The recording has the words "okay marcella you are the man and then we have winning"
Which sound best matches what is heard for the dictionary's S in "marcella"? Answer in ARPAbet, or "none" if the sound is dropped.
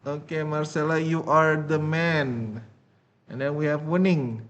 S